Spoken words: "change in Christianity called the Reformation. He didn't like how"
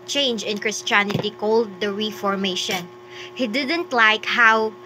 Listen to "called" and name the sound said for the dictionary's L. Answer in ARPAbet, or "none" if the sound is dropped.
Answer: L